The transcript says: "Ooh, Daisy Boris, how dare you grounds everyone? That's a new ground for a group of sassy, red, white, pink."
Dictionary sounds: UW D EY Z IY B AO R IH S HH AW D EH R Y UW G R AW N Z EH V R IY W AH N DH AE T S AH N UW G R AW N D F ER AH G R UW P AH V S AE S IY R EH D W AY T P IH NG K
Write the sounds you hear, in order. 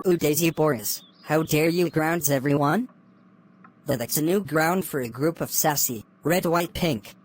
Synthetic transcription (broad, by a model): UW D EY Z IY B AO R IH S HH AW D EH R Y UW G R AW N Z EH V R IY W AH N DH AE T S AH N UW G R AW N D F ER AH G R UW P AH V S AE S IY R EH D W AY T P IH NG K